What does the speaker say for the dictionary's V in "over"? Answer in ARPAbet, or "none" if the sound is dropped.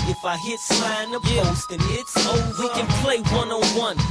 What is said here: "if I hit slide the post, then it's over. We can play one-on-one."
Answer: none